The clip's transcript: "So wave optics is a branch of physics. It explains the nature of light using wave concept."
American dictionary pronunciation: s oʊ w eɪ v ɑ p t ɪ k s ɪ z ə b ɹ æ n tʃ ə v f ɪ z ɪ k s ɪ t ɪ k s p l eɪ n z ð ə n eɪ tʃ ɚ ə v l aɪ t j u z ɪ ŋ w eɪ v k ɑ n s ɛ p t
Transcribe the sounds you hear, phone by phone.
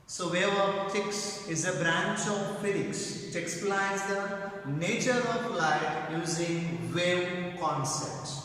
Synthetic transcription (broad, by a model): s oʊ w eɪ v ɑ t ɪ k s ɪ z ə b ɹ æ n tʃ ə v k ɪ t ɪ k s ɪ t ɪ k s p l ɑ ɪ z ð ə n eɪ tʃ ɚ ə p l aɪ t j u z ɪ ŋ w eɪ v k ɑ n s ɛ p t